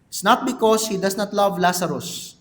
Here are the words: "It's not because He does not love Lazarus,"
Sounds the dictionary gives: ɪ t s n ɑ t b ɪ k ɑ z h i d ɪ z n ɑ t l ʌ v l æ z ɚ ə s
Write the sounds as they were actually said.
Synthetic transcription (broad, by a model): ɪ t s n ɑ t b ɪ k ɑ s h i d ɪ s n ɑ t l ʌ v l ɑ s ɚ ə s